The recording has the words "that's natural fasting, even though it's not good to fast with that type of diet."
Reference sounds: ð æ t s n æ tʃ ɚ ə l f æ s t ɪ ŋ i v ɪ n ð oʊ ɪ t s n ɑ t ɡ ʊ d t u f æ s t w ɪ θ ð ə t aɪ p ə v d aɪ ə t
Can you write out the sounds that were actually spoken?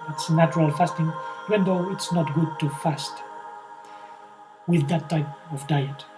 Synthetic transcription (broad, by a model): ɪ t s n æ tʃ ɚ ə l f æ s t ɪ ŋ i ɪ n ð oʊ ɪ t s n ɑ t ɡ ʊ d t u f æ s t w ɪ ð ə t aɪ p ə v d aɪ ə t